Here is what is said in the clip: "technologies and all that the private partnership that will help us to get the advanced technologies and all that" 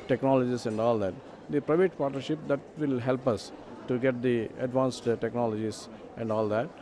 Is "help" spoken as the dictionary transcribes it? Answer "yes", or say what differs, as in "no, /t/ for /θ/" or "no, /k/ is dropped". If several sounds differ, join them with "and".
yes